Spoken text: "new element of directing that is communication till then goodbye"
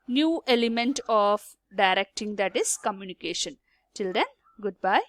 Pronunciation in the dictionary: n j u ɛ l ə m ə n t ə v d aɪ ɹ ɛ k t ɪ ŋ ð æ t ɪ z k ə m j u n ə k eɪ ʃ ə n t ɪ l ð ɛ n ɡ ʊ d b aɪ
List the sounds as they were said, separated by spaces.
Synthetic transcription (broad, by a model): n j u ɛ l ə m ə n t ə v d aɪ ɹ ɛ k t ɪ ŋ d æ t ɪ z k ə m j u n ə k eɪ ʃ ə n t ɪ l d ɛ n ɡ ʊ d b aɪ